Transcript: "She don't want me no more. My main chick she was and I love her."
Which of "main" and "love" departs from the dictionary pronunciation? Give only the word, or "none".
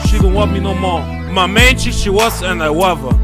love